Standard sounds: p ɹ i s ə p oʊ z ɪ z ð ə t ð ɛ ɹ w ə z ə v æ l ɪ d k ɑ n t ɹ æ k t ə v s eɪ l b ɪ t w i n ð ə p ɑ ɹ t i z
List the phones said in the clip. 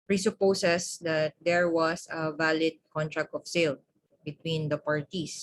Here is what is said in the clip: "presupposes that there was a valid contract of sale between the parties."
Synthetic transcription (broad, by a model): p ɹ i s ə p oʊ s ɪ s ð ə t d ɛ ɹ w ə s ə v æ l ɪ d k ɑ n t ɹ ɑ k t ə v s eɪ l b ɪ t w i n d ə p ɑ ɹ t i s